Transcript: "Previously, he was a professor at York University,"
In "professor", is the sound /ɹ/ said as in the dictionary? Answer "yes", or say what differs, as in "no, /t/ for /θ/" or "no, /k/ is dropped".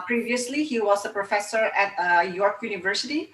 yes